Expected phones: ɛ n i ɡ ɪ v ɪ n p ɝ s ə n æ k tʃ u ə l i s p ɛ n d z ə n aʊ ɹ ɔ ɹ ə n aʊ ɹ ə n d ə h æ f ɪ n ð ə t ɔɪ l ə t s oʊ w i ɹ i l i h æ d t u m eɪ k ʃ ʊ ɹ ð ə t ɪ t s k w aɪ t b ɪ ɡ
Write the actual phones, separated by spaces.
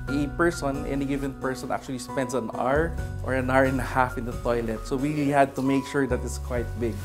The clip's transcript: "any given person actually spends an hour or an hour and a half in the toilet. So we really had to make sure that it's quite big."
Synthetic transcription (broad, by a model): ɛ n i ɡ ɪ v ɪ n p ɝ s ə n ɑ k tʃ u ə l i s p ɛ n d s ə n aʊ ɹ ɔ ɹ ə n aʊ ɹ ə n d ə h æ f ɪ n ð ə t ɔɪ l ə t s oʊ w i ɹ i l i h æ d t u m eɪ k ʃ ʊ ɹ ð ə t ɪ t s k w aɪ t b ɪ ɡ